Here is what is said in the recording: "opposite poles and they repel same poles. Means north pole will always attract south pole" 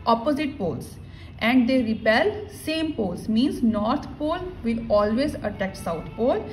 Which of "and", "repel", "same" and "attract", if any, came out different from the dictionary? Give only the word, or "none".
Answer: attract